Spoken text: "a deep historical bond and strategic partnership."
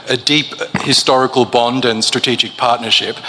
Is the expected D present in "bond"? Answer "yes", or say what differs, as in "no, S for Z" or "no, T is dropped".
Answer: yes